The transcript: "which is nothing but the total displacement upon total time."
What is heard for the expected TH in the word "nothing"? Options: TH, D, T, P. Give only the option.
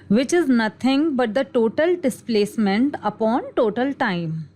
T